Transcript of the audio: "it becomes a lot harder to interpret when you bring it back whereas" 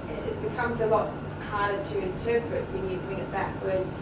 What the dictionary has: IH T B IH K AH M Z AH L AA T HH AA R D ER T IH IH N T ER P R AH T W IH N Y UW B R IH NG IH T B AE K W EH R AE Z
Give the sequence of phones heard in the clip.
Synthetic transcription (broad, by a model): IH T B IH K AH M Z AH L AA T HH AA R D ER T IH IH N T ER P R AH T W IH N Y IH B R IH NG IH T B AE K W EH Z